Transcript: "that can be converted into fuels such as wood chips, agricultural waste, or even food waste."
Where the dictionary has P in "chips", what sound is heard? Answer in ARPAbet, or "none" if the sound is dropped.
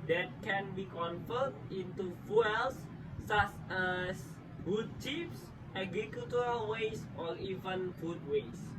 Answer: F